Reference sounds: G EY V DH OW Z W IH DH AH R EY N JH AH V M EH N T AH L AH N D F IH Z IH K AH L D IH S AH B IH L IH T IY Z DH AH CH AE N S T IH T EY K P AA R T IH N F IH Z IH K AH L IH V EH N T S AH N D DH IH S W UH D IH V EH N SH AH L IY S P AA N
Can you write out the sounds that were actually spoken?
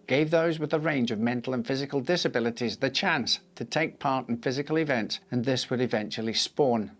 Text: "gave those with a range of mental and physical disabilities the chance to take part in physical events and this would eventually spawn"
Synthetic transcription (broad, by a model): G EY V DH OW Z W IH DH AH R EY N JH AH V M EH N T L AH N F IH Z IH K AH L D IH S AH B IH L IH T IY Z DH AH CH AE N S T IH T EY K P AA R T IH N F IH Z IH K AH L IH V EH N T S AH N DH IH S W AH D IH V EH N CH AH L IY S P AA N